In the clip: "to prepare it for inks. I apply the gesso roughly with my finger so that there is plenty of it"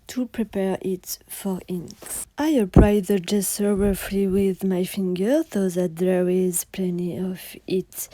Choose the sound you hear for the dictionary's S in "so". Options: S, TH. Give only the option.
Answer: TH